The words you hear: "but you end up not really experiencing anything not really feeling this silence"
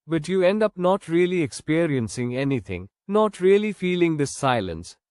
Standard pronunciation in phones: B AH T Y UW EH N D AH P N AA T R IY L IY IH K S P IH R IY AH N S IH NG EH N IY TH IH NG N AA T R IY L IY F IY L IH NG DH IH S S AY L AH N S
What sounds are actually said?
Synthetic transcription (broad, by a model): B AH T Y UW EH N D AH P N AA T R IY L IY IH K S P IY R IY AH N S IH NG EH N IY T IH NG N AA T R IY L IY F IY L IH NG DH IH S S AY L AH N S